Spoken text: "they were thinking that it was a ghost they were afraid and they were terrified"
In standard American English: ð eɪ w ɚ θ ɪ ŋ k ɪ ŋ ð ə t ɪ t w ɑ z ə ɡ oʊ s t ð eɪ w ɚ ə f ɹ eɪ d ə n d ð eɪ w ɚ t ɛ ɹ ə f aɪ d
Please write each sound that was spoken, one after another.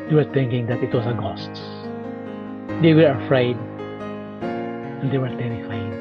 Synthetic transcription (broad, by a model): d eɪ w ɚ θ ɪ ŋ k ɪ ŋ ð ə t ɪ t w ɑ s ə ɡ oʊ s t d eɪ w ɚ ə f ɹ eɪ d ə n d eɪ w ɚ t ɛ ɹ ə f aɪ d